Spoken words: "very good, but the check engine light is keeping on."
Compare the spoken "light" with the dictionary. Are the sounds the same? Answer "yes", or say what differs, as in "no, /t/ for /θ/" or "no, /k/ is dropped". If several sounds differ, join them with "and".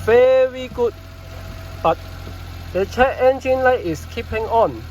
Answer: yes